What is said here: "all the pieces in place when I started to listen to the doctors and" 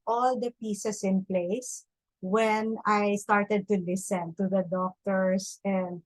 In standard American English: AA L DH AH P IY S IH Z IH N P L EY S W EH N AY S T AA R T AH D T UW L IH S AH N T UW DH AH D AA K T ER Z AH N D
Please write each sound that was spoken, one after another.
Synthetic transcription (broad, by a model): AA L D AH P IY S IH S IH N P L EY S W EH N AY S T AA R T AH D T UW L IH S AH N T UW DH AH D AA K T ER S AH N D